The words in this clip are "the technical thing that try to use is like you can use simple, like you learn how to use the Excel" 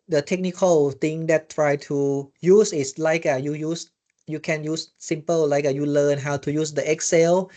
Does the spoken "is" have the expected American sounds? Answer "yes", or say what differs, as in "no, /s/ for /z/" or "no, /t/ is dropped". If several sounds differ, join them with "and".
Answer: no, /s/ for /z/